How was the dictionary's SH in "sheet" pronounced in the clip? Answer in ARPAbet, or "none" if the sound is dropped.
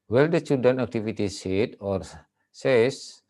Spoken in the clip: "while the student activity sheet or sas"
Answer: S